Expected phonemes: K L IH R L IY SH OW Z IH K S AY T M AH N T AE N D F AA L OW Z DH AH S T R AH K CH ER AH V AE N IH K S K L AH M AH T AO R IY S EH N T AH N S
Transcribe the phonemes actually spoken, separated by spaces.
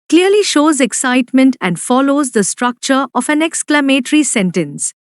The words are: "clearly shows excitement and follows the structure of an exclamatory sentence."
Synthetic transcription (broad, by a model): K L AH R L IY SH OW Z IH K S AY T M AH N T AE N D F AA L OW Z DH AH S T R AH K CH ER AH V AE N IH K S K L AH M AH T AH R IY S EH N T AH N S